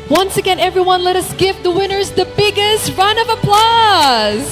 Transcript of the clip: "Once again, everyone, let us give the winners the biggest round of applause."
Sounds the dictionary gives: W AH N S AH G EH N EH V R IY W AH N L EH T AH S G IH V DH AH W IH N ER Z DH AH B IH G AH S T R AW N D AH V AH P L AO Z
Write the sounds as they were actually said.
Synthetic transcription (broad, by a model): W AH N S AH G EH N EH V R IY W AH N L EH T AH S G IH V DH AH W IH N ER Z DH AH B IH G AH S T R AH N AH V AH P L AO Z